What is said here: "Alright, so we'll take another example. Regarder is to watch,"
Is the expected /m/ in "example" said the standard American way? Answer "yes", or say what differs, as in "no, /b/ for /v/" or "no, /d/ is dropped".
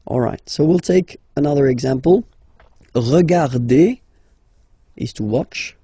yes